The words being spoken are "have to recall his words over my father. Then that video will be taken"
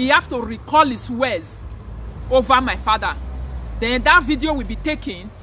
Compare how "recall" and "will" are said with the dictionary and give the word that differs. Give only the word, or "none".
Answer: none